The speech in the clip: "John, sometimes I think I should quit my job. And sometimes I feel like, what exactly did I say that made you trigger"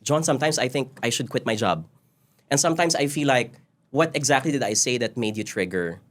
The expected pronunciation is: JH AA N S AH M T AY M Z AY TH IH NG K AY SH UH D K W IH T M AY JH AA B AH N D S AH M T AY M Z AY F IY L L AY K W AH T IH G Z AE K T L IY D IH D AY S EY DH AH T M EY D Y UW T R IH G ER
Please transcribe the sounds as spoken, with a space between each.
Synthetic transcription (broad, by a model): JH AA N S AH M T AY M S AY TH IH NG K AY SH UH D K W IH T M AY JH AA B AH N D S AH M T AY M S AY F IY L L AY K W AH T IH G Z AE K T L IY D IH D AY S EY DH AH T M EY D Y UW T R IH G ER